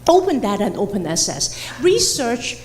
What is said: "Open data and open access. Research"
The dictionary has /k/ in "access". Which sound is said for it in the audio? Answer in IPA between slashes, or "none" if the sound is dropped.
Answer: none